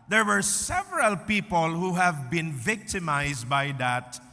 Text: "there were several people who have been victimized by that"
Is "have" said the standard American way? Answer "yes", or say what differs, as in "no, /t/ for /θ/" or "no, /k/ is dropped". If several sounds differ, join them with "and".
yes